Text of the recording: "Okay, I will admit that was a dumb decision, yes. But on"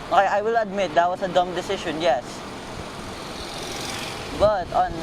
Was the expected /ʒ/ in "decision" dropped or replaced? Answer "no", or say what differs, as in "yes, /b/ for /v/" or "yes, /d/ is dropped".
yes, /ʃ/ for /ʒ/